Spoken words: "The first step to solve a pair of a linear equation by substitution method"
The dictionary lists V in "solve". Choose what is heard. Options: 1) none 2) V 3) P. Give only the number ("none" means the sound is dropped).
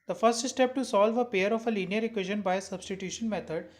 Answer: 2